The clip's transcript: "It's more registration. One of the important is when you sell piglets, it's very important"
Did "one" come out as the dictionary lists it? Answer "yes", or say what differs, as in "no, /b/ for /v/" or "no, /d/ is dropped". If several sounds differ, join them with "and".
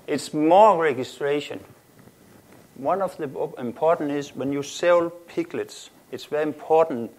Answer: yes